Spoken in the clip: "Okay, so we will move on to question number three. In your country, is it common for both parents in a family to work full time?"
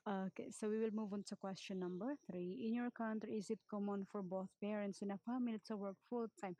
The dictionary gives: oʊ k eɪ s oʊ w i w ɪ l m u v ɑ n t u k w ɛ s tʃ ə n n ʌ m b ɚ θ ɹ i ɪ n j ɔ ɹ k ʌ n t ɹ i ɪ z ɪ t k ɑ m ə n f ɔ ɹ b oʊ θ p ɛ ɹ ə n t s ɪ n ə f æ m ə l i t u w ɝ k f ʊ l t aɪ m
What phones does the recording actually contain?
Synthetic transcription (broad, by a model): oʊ k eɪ s oʊ w i w ɪ l m u v ɑ n t u k w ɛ s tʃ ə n n ʌ m b ɚ θ ɹ i ɪ n j ɔ ɹ k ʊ n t i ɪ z ɪ t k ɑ m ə n f ɔ ɹ b oʊ θ p ɛ ɹ ə n t s ɪ n ə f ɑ m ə l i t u w ɝ k f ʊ l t aɪ m